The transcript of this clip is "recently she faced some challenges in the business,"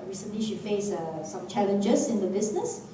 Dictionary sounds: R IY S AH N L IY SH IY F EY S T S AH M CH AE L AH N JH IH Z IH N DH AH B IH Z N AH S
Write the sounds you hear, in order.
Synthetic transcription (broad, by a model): R IY S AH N L IY SH IY F EY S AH S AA M CH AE L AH N JH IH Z IH N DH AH B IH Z N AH S